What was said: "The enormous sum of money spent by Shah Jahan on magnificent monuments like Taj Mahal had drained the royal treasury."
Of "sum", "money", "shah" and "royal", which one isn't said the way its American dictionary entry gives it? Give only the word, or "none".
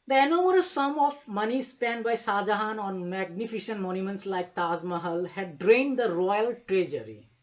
shah